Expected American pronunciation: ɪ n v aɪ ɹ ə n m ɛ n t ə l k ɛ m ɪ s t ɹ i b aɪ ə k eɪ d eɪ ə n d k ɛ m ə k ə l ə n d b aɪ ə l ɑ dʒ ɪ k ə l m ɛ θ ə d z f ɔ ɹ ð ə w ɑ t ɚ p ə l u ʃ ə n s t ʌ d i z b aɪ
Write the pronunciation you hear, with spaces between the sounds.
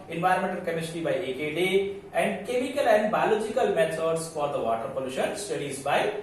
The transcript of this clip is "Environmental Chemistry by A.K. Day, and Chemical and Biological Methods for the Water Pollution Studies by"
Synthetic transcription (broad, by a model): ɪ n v aɪ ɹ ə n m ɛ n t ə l k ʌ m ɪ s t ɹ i b aɪ ə k eɪ d eɪ ə n d k ɛ m ə k ə l ə n d b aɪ l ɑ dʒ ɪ k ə l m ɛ s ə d s f ɔ ɹ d ə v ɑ t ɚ p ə l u ʃ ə n s t ʌ d i z b aɪ